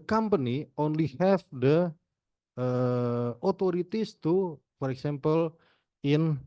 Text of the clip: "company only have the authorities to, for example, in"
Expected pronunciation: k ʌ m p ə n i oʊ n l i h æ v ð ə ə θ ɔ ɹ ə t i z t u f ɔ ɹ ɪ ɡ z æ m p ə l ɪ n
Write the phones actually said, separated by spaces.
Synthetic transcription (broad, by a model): k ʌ m p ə n i oʊ n l i h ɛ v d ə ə t ɔ ɹ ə t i s t u f ɔ ɹ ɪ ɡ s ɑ m p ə l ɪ n